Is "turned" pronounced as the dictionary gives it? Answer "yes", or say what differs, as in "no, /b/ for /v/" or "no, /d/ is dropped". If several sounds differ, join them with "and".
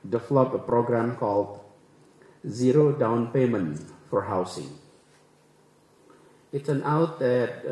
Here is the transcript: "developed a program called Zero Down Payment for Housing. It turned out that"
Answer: no, /s/ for /t/ and /d/ is dropped